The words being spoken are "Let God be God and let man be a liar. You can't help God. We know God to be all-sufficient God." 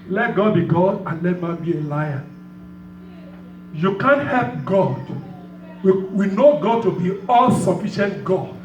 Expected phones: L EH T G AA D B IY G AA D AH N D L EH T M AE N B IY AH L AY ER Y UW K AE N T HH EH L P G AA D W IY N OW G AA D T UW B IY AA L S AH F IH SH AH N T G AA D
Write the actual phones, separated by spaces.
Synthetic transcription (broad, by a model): L EH T G AA D B IY G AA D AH N L EH T M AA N B IY AH L AY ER Y UW K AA N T HH EH L P G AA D W IY N OW G AA D T UW B IY AA L S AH F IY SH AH N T G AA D